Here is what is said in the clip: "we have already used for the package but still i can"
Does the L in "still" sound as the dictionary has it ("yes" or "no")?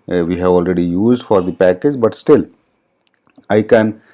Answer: yes